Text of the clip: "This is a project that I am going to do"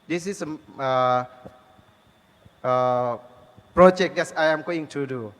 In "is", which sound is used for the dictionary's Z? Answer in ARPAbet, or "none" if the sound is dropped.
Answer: S